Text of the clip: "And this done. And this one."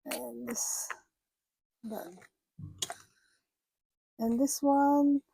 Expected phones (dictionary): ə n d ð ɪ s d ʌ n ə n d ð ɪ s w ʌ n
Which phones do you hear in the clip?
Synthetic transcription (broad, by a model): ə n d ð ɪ s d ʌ ə n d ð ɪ s w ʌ n